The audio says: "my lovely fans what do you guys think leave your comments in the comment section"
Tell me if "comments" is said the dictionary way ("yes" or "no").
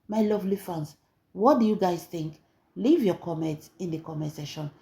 no